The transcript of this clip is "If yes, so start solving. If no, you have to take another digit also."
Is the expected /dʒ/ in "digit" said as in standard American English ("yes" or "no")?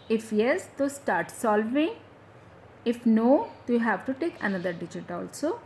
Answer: yes